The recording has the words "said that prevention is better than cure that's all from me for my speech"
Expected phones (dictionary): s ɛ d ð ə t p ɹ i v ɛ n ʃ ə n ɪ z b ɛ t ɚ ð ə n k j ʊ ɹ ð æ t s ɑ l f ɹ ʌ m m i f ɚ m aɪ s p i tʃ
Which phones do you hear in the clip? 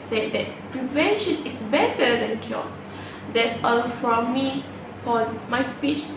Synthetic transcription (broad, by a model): s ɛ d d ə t p ɹ i v ɛ n ʃ ə n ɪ s b ɛ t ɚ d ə n k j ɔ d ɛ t s ɑ l f ɹ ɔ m m i f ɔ m aɪ s p i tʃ